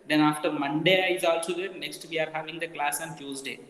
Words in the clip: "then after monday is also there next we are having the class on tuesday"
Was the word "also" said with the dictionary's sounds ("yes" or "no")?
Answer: yes